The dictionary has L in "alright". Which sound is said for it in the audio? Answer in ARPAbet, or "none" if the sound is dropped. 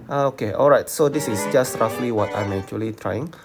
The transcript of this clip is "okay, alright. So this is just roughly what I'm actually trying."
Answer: L